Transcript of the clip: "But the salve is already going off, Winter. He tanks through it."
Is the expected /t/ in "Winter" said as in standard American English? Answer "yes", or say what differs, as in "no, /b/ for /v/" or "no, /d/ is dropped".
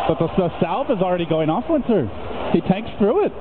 no, /s/ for /t/